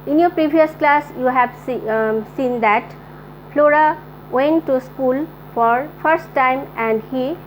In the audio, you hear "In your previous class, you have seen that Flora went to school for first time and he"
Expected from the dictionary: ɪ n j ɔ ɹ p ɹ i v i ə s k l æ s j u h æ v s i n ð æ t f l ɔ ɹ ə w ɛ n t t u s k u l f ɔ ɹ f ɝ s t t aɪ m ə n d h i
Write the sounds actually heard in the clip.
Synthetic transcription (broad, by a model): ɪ n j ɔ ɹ p ɹ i b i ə s k l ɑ s j u h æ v s i n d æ t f l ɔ ɹ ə w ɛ n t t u s k u l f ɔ ɹ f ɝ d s t aɪ m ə n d h i